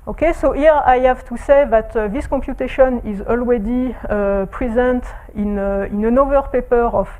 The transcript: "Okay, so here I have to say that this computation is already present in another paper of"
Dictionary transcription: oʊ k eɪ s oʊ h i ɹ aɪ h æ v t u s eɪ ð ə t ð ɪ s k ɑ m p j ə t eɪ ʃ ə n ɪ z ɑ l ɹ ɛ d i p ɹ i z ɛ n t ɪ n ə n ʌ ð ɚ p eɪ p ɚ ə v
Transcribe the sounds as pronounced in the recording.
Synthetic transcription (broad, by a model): oʊ k eɪ s oʊ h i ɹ aɪ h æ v t u s eɪ ð ə t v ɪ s k ɑ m p j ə t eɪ ʃ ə n ɪ z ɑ l w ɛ d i p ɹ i z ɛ n t ɪ n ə n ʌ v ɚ p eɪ p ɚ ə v